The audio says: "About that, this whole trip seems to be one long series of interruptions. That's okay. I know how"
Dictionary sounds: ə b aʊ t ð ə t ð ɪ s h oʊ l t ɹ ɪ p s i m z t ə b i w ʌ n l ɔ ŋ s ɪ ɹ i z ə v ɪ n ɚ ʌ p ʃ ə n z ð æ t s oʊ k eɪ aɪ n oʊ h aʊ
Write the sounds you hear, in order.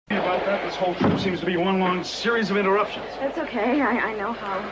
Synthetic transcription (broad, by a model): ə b aʊ t ð ə t ð ɪ s h oʊ l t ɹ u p s i m z t ə b i w ʌ n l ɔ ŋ s ɪ ɹ i z ə v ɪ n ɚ ʌ p ʃ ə n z ð æ t s oʊ k eɪ aɪ n oʊ h aʊ